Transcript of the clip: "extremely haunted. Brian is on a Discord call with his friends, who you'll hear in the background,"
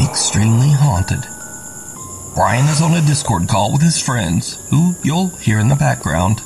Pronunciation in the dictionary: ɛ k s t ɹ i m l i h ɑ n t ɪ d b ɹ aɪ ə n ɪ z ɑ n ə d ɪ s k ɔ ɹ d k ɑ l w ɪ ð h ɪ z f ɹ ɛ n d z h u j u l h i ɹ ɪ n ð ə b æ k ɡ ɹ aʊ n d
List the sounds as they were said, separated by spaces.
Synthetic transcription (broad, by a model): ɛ k s t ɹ i m l i h ɑ n t ɪ d b ɹ aɪ ə n ɪ z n ə d ɪ s k ɔ ɹ d k ɑ l w ɪ ð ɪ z f ɹ ɛ n d z h u j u l h i ɹ ɪ n ð ə b æ k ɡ ɹ aʊ n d